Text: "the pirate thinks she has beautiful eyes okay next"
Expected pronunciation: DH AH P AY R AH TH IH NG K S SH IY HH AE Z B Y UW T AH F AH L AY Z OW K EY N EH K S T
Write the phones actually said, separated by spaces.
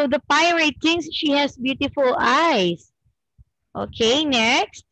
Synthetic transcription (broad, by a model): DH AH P AY R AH T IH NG S SH IY HH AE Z B Y UW T AH F AH L AY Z OW K EY N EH K S T